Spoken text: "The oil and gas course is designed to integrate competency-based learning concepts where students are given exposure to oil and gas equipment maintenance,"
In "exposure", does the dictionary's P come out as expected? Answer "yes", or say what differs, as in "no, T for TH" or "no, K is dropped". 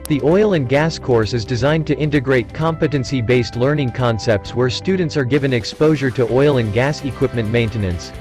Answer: yes